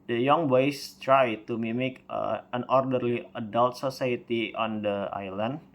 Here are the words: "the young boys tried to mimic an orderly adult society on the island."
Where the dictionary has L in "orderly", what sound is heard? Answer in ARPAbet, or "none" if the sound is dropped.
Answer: L